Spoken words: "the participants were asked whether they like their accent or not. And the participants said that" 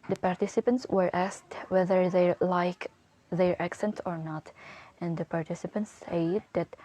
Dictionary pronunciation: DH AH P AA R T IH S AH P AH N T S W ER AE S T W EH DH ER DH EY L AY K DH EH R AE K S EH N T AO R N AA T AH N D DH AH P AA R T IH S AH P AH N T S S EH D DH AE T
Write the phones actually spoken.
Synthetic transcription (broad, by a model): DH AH P AA R T IH S AH P AH N T S W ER AE S T W EH DH ER DH EY L AY K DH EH R AE K S EH N T AO R N AA T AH N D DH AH P AA R T IH S AH P AH N T S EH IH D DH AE T